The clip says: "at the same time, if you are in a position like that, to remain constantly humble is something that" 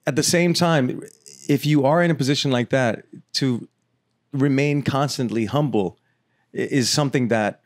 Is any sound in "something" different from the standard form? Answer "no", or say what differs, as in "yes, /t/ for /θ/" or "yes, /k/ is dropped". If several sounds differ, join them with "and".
no